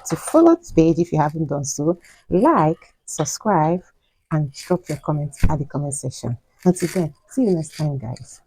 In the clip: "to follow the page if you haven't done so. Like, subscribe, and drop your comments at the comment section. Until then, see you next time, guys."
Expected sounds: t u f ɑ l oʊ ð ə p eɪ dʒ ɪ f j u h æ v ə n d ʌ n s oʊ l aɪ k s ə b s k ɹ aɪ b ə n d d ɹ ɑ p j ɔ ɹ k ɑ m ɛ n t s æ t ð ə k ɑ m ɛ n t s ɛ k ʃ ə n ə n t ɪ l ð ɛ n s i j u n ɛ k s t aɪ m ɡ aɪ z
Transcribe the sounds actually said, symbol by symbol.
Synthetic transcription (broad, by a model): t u f ɑ l oʊ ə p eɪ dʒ ɪ f j u h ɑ v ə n d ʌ n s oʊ l aɪ k s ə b s k ɹ aɪ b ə n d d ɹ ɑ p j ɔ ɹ k ɑ m ɛ n t s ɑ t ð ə k ɑ m ɛ n t s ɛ ʃ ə n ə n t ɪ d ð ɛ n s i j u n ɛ s t aɪ m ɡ aɪ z